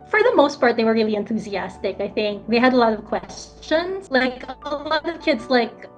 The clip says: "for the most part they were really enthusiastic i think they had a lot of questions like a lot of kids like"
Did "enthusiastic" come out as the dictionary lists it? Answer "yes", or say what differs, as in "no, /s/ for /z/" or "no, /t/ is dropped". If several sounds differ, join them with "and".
yes